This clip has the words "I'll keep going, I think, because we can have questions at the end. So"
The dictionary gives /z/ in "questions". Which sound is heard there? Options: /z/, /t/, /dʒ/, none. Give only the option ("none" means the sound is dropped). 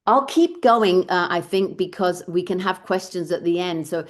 /z/